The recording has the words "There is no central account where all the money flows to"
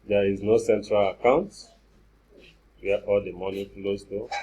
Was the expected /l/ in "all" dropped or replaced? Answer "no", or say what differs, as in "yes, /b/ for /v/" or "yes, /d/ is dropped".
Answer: no